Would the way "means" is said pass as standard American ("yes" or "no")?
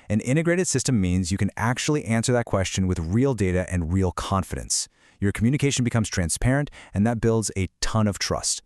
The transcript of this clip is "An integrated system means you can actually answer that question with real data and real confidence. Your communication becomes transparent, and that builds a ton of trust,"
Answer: yes